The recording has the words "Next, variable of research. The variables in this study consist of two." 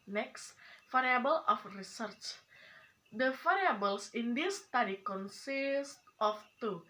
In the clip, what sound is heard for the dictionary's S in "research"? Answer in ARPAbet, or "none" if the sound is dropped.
S